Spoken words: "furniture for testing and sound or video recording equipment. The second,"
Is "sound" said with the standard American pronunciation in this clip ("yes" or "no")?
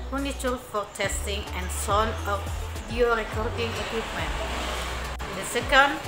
no